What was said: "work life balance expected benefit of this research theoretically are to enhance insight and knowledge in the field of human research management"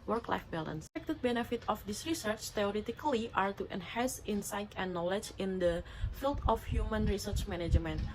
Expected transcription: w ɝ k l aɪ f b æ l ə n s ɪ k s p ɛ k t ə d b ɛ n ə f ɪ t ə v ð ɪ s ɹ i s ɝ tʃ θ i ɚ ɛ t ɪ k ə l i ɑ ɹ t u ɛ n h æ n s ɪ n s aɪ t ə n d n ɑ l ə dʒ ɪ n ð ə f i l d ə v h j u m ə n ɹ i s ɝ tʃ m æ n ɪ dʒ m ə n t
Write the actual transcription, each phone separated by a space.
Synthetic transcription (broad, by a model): w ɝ k l aɪ f b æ l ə n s s ɛ k t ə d b ɛ n ə f ɪ t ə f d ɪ s ɹ i s ɝ tʃ t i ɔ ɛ t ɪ k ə l i ɑ ɹ t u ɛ n h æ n s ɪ n s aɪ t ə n n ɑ l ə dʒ ɪ n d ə f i l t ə f h j u m ə n ɹ i s ɝ tʃ m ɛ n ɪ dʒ m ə n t